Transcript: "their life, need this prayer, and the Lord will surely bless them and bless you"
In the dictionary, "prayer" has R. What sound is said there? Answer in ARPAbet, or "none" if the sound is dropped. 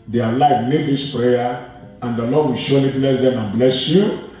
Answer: R